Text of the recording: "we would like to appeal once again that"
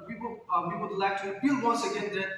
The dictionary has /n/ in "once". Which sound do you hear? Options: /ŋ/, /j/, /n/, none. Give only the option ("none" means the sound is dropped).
none